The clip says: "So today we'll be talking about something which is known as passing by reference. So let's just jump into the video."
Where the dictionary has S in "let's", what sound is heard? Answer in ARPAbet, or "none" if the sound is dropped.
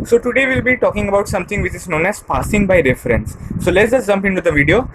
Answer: none